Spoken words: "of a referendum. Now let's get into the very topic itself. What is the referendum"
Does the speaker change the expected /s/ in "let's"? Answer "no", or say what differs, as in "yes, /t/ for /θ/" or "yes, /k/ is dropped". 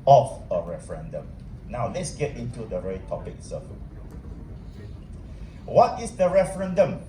no